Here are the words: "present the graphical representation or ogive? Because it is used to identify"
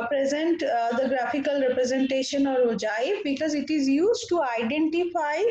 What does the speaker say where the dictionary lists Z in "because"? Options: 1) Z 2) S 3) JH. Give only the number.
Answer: 1